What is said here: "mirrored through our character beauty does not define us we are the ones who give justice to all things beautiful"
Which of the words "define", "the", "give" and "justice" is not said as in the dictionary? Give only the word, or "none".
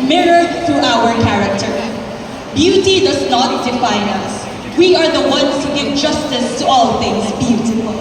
none